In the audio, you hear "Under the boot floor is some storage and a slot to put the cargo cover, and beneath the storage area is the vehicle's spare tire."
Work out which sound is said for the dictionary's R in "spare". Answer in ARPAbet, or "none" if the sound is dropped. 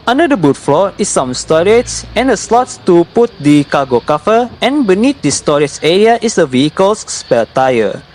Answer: L